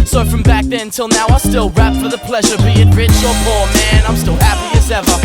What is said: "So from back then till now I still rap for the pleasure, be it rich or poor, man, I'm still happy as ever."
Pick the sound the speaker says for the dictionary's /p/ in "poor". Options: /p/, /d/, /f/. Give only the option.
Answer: /f/